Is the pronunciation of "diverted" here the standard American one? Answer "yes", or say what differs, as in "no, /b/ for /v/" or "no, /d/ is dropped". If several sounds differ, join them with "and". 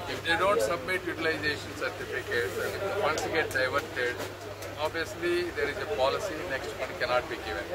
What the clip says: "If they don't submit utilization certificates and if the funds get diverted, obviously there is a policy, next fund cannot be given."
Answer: yes